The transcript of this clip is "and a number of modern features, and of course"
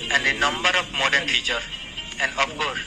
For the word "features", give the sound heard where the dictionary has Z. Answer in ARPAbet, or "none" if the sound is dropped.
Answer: none